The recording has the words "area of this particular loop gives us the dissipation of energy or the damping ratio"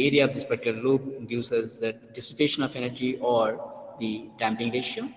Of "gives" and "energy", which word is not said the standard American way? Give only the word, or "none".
gives